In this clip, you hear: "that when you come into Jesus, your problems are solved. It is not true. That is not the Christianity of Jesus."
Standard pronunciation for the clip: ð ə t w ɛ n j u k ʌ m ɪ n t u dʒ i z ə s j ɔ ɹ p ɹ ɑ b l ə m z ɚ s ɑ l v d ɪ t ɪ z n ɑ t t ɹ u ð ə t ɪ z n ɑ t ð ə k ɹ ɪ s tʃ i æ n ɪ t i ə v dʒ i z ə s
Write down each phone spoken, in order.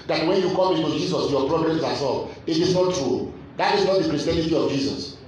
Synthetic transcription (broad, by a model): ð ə t w ɛ n j u k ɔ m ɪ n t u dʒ i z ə s j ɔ p ɹ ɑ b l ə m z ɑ s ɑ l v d ɪ t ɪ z n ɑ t t ɹ u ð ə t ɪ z n ɑ t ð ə k ɹ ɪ s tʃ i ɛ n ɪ t i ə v dʒ i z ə s